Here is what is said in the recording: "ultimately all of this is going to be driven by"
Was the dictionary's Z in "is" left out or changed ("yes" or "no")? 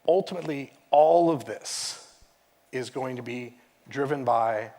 no